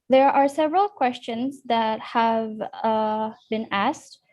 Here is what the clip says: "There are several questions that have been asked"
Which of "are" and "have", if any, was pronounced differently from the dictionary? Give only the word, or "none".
none